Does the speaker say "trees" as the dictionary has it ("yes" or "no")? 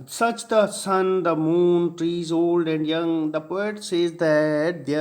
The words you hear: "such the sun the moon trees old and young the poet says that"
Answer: yes